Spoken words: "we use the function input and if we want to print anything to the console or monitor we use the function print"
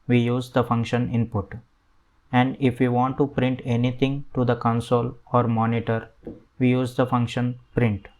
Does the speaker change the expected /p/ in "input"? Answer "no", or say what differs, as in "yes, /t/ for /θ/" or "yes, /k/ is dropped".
no